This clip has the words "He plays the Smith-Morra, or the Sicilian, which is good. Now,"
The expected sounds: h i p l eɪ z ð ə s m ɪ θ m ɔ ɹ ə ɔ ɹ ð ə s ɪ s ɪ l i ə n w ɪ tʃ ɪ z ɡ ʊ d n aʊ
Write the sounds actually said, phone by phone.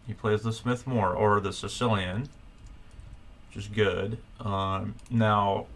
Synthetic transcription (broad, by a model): h i p l eɪ z ð ə s m ɪ θ m ɔ ɹ ə ɹ ð ə s ɪ s ɪ l i ə n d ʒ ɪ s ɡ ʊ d n aʊ